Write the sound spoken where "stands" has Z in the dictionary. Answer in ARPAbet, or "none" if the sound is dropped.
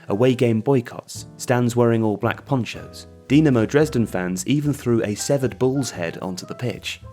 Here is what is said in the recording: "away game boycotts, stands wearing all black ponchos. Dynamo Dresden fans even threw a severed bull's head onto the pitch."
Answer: Z